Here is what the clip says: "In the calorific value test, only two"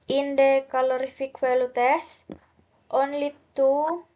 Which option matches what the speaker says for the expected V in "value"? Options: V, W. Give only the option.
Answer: W